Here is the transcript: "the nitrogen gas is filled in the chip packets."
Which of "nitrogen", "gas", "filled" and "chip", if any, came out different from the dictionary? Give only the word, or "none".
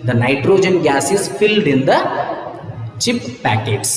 none